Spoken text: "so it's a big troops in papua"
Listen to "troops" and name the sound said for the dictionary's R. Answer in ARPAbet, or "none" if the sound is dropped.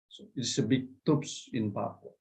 none